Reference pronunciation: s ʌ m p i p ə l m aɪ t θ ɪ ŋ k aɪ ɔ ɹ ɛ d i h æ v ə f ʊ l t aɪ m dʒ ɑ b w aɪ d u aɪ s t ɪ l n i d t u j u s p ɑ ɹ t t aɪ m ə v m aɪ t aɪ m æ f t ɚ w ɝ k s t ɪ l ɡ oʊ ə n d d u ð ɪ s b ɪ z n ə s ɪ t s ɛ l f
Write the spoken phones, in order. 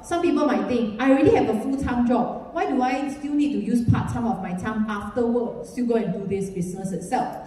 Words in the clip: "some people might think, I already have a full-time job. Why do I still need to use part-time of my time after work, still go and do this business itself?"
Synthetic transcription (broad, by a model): s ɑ m p i p ə l m aɪ t t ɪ ŋ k aɪ ɹ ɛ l i h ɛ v ə f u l t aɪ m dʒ ɑ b w aɪ d u aɪ s t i l n i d t u j u s p ɑ t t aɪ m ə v m aɪ t aɪ m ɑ f t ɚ w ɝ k s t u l ɡ oʊ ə n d d u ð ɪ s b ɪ s n ə s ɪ t s ɛ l f